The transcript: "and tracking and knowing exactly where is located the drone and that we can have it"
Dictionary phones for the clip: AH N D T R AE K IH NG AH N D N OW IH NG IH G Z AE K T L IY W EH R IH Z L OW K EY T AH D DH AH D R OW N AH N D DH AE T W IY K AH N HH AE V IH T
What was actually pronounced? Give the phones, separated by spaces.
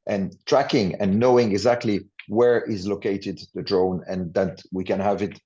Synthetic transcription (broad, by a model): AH N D T R AE K IH NG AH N N OW IH NG IH G Z AE K T L IY W EH R IH Z L OW K EY T AH D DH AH D R OW N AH N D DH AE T W IY K AH N HH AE V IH T